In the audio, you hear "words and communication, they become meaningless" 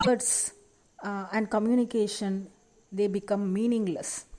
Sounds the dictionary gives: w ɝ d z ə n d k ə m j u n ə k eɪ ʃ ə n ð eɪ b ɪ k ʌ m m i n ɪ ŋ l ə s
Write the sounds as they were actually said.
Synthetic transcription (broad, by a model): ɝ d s ə n d k ə m j u n ə k eɪ ʃ ə n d eɪ b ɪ k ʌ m m i n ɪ ŋ l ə s